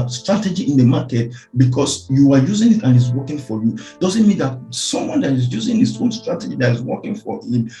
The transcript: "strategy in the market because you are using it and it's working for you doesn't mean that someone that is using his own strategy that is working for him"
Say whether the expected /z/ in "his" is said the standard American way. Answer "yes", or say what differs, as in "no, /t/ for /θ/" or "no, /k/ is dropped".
no, /s/ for /z/